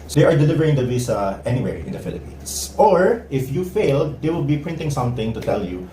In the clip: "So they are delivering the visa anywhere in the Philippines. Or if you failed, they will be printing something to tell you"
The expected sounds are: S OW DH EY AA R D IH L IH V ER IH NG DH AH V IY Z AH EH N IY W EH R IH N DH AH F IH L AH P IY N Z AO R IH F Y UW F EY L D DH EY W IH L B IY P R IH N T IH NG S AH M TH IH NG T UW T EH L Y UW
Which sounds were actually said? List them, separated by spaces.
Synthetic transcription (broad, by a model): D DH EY AA R D IH L IH V ER IH NG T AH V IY S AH EH N IY W EH R IH N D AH F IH L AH P IY N S AO R IH F Y UW F EY L D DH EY W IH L B IY P R IH N T IH NG S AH M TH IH NG T UW T EH L Y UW